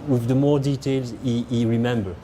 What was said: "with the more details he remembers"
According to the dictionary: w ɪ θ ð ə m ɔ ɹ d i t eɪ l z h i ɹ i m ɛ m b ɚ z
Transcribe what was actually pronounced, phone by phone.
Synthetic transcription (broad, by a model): w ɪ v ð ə m ɔ ɹ d i t eɪ l z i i ɹ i m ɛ m b ɚ